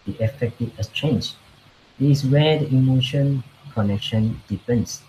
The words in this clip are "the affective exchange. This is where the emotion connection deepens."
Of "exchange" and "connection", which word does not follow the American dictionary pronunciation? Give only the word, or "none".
exchange